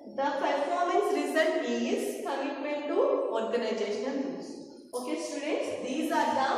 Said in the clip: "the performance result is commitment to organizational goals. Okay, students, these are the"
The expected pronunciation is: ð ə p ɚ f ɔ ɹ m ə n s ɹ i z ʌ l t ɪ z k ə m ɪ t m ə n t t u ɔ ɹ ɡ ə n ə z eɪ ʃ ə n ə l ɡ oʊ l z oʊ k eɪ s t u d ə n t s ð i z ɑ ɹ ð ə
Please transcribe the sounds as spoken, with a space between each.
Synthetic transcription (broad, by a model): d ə p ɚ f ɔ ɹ m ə n s ɹ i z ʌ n ɪ z k ə m ɪ t m ə n t t u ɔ ɹ ɡ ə n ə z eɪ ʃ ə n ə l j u z oʊ k eɪ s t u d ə t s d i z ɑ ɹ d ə